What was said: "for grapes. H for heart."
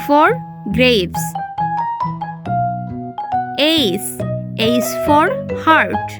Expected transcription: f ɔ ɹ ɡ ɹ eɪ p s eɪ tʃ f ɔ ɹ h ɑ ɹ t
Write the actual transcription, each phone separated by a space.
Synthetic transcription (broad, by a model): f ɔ ɹ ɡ ɹ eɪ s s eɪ s f ɔ ɹ h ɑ ɹ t